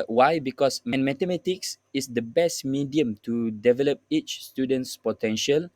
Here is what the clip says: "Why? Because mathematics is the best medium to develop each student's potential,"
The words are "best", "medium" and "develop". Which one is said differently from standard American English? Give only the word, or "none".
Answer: none